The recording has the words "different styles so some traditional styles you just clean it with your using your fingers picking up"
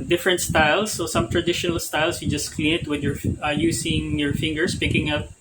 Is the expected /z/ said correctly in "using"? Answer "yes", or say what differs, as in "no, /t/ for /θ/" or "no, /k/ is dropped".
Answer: no, /s/ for /z/